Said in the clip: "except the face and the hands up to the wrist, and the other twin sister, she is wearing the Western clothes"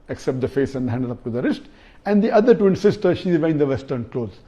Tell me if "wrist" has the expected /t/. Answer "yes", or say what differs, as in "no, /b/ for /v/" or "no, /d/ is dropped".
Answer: yes